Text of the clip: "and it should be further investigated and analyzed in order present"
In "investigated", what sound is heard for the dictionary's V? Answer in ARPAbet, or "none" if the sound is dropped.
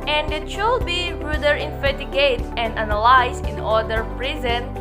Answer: F